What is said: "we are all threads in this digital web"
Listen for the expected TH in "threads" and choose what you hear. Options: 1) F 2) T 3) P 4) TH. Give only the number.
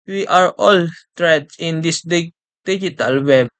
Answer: 2